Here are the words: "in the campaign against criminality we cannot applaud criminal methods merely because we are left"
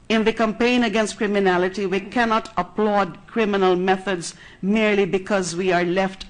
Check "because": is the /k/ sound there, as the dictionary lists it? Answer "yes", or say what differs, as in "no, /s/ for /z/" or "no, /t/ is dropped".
yes